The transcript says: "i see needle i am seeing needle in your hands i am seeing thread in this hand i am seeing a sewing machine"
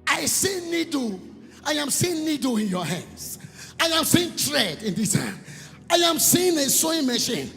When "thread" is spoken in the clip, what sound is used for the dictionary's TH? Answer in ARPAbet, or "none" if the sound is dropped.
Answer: T